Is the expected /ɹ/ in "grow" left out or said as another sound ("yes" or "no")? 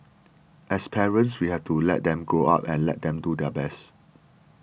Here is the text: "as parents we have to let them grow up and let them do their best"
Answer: yes